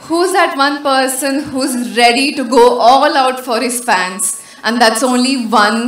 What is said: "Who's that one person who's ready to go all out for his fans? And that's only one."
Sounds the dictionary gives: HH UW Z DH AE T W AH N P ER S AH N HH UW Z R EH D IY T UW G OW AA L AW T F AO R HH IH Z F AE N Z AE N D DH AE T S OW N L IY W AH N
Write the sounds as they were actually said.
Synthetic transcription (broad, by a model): HH UW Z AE T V AH N P ER S AH N HH UW Z R EH D IY T UW G OW AA L AW T F AO R HH IH Z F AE N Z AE N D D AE T S OW N L IY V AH N